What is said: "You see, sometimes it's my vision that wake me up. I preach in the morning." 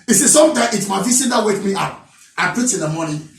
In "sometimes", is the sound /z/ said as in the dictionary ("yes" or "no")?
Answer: no